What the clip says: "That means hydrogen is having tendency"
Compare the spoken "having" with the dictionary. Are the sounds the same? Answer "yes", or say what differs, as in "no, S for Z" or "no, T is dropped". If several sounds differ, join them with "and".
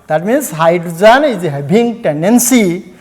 no, B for V